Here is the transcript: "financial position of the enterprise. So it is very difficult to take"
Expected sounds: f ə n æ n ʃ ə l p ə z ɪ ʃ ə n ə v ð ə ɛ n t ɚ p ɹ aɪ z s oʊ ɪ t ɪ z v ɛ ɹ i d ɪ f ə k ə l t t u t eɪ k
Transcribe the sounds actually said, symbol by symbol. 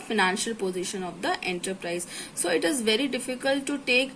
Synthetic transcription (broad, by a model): f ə n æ n ʃ ə l p ə z ɪ ʃ ə n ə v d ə ɛ n t ɚ p ɹ aɪ z s oʊ ɪ t ɪ z v ɛ ɹ i d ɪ f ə k ə l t t u t eɪ k